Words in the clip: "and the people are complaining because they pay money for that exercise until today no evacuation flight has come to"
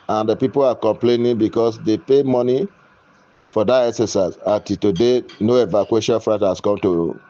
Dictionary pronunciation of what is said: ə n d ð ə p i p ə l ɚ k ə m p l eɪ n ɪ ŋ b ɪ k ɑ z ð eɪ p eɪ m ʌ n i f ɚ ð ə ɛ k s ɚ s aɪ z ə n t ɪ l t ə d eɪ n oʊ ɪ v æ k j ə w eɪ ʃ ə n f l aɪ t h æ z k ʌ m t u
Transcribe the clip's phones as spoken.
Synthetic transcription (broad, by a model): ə n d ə p i p ə l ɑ k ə m p l eɪ n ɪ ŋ b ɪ k ɑ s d eɪ p eɪ m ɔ n i f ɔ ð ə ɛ s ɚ s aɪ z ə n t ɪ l t ə d eɪ n oʊ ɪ v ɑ k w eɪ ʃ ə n f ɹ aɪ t h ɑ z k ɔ m t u